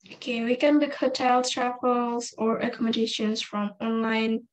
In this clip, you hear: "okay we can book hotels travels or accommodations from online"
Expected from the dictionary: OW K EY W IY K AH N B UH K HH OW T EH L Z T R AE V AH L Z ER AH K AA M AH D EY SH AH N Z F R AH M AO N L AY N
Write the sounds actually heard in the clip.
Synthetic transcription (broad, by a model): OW K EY W IY K AH N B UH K HH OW T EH L T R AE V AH L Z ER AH K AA M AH D EY SH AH N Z F R AH M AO N L AY N